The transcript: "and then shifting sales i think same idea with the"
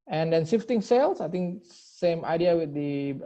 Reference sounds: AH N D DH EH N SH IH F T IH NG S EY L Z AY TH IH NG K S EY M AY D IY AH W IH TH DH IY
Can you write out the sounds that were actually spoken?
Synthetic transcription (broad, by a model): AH N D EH N S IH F T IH NG S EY L S AY T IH NG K S EY M AY D IY AH W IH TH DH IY